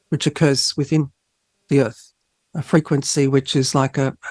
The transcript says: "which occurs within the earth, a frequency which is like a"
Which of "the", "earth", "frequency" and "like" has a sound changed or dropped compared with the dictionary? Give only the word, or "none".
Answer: none